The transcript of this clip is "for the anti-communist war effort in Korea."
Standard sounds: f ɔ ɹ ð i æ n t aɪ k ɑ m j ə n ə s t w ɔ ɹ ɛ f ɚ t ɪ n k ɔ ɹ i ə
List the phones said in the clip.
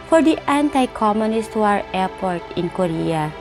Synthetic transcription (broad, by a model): f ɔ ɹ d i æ n t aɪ k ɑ m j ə n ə s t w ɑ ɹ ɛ p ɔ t ɪ n k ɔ ɹ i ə